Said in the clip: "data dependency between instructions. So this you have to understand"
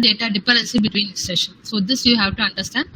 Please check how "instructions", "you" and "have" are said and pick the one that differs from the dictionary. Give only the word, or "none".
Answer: instructions